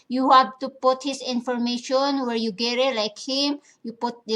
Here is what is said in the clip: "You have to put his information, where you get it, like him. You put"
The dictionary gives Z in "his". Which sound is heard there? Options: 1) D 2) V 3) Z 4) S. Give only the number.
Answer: 4